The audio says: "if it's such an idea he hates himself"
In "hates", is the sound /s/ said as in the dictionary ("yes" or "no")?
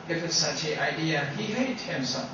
no